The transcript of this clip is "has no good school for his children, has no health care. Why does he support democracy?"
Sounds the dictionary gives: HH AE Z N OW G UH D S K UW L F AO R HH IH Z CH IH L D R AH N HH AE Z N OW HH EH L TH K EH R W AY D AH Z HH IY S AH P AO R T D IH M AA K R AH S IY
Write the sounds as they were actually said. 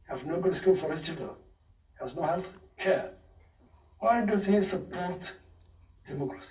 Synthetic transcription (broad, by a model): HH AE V N OW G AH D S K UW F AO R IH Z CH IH D AH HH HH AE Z N OW HH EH L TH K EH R W AY D AH Z HH IY S AH P AO R T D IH M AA K R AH S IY